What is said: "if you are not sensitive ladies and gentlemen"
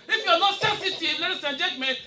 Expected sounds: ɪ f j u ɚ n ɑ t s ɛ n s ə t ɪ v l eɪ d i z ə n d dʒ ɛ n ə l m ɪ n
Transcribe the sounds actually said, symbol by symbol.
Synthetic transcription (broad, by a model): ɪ f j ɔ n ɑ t s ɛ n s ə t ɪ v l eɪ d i s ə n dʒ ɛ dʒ m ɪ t